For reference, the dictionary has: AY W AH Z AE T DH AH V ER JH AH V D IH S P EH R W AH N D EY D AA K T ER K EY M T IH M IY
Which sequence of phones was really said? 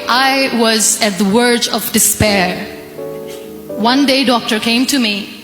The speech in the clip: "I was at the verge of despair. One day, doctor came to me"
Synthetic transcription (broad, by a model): AY W AH Z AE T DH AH W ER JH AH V D IH S P EH R W AH N D EY D AA K T ER K EY M T IH M IY